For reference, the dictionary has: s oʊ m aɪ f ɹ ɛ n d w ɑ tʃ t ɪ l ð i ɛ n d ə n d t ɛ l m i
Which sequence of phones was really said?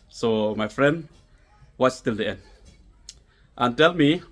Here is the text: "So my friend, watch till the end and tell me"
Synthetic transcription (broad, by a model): s oʊ m aɪ f ɹ ɛ n d w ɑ s t ɪ l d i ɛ n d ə n t ɛ l m i